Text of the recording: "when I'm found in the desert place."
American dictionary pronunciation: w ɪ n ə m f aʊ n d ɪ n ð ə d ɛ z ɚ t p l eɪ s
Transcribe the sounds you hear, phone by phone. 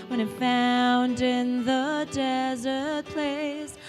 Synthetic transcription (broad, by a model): w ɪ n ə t f aʊ n d ɪ n ð ə d ɛ z ɚ t p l eɪ s